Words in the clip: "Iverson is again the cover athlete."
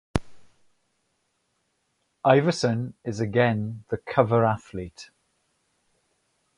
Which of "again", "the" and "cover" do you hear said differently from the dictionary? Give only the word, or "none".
none